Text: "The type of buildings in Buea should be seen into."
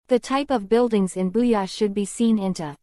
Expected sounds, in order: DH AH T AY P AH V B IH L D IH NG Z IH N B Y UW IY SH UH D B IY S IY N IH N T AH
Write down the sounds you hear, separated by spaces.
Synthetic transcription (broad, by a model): DH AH T AY P AH V B IH L D IH NG Z IH N B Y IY SH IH D B IY S IY N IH N T